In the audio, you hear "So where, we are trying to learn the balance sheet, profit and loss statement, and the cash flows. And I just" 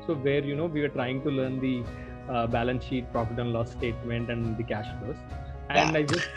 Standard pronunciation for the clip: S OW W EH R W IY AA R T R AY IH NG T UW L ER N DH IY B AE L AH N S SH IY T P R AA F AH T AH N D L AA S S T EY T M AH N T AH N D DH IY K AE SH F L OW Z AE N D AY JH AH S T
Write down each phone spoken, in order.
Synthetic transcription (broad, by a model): S OW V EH R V IY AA R T R AY IH NG T UW L ER N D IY B AE L AH N S SH IY T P R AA P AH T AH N L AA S S T EY T M AH N T AH N D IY K AE SH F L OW S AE N D AY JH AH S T